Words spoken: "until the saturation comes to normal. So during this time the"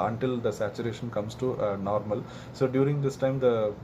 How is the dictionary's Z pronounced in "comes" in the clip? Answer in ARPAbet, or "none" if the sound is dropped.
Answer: S